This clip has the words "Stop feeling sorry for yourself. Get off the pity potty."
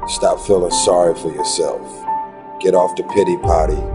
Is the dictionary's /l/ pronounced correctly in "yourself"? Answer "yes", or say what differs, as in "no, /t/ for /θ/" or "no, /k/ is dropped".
yes